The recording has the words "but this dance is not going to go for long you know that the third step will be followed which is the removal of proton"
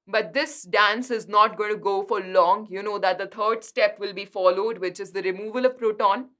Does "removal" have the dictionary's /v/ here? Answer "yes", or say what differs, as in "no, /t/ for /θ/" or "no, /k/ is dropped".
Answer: yes